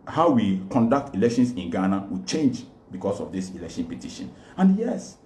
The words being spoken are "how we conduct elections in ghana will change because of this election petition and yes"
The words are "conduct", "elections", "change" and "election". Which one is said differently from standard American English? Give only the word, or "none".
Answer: elections